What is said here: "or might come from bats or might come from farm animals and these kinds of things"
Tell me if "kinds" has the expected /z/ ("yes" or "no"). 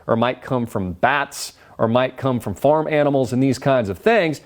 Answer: yes